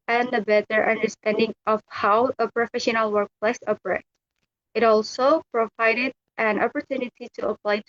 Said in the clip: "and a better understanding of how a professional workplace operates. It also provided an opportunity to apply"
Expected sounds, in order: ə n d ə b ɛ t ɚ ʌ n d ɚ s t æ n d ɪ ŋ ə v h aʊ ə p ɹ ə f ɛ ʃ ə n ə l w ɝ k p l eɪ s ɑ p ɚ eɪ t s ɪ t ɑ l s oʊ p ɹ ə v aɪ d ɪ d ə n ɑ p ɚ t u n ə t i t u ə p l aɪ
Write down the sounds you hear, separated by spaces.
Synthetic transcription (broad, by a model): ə n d ə b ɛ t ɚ ʌ n d ɚ s t æ n d ɪ ŋ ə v h aʊ ə p ɹ ə f ɛ ʃ ə n ə l w ɝ k p l eɪ s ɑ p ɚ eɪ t ɪ t ɑ l s oʊ p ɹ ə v aɪ d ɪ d ə n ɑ p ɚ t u n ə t i t u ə p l aɪ